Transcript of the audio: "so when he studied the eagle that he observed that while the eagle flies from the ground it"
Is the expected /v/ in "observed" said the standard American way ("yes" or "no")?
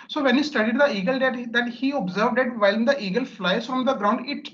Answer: yes